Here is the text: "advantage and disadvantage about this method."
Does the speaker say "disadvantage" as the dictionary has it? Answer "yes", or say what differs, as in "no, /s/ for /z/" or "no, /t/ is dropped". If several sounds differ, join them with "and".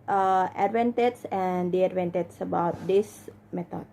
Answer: no, /s/ is dropped